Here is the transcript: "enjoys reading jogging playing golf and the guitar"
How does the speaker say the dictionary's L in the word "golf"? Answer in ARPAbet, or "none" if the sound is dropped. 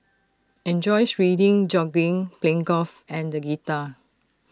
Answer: none